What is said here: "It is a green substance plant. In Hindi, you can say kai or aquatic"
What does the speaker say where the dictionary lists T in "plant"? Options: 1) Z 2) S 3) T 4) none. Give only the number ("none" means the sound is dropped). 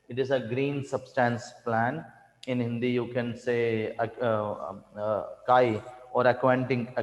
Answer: 4